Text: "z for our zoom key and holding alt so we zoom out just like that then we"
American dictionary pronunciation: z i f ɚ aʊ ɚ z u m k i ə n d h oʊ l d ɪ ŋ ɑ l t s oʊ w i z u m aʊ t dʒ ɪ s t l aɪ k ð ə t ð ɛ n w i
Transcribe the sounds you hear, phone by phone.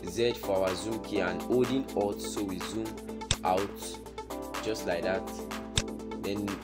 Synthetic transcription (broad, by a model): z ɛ f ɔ aʊ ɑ z u m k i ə n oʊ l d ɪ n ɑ t s oʊ w i z u m aʊ t dʒ ɪ s t l aɪ k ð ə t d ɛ n